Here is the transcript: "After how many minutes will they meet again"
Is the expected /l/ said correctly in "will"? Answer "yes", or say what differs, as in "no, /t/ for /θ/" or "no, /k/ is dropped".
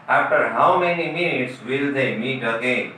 yes